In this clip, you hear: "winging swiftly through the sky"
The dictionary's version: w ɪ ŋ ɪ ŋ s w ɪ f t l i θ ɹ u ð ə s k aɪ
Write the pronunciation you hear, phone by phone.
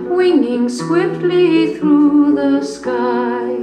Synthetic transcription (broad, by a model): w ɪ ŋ ɪ ŋ s w ɪ f t l i θ ɹ u ð ə s k aɪ